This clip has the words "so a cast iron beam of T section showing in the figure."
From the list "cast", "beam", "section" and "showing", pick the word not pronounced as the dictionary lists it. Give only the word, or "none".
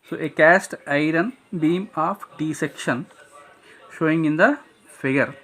none